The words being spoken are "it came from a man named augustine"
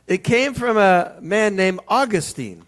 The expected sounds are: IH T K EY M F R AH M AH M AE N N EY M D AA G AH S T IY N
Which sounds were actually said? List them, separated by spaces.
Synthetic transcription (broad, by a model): IH T K EY M F R AH M AH M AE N N EY M AA G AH S T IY N